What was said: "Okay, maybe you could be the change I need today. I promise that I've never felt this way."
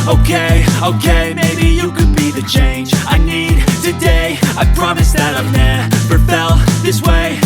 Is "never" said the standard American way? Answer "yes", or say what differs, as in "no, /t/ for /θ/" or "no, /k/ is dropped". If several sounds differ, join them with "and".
no, /p/ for /v/